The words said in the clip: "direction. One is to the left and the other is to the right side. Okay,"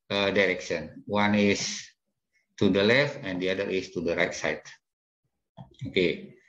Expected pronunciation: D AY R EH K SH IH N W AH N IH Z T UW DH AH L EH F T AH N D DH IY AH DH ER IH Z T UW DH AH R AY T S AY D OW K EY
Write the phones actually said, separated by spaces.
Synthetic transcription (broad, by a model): D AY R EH K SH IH N W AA N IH S T UW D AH L EH F T AH N D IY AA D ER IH S T UW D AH R AY T S AY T OW K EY